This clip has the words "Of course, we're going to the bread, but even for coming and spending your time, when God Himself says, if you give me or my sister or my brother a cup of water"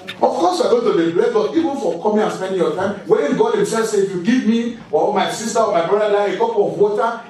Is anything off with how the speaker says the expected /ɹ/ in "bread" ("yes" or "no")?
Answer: yes